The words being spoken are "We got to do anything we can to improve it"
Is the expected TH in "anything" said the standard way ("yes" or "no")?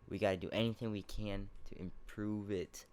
yes